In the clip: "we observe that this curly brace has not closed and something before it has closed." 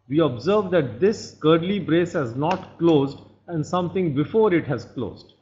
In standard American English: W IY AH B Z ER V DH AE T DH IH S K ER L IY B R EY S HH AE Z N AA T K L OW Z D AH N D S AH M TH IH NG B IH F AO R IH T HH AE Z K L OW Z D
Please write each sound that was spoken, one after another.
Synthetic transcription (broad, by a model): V IY AH B Z ER V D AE T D IH S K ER L IY B R EY S HH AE Z N AA T K L OW Z D AH N D S AH M T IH NG B IH F AO R IH T HH AE Z K L OW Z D